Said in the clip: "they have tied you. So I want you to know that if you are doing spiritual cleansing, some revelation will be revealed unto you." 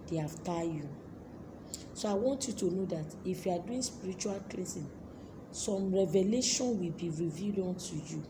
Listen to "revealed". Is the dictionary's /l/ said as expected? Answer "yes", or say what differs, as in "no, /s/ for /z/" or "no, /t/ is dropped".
no, /l/ is dropped